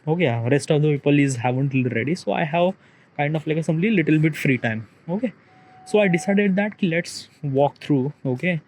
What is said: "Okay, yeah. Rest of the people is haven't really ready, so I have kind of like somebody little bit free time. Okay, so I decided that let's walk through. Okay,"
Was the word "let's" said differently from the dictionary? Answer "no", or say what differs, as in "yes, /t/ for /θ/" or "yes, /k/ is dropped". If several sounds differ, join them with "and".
no